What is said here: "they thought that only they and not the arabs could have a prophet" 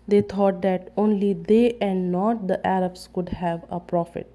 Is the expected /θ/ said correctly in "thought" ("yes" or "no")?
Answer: no